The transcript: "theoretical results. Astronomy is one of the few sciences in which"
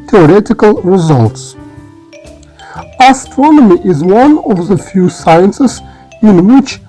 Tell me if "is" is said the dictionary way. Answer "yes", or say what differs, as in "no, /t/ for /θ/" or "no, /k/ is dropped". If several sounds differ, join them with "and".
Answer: yes